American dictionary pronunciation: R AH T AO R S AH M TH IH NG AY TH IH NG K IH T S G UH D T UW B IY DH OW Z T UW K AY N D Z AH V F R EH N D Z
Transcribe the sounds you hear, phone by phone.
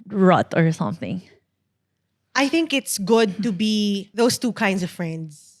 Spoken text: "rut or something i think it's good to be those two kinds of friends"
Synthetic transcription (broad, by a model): R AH T AO R S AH M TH IH NG AY TH IH NG K IH T S G UH D T UW B IY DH OW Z T UW K AY N D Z AH V F R EH N D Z